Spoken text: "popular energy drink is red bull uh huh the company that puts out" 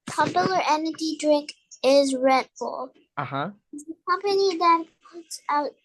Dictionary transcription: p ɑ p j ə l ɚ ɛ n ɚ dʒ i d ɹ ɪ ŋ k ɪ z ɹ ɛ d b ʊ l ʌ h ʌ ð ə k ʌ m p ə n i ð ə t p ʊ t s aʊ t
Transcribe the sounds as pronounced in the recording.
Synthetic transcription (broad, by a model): p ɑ p j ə l ɚ ɛ n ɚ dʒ i d ɹ ɪ ŋ k ɪ z ɹ ɛ d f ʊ l ʌ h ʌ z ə k ʌ m p ə n i ð ə t p ʊ t s aʊ t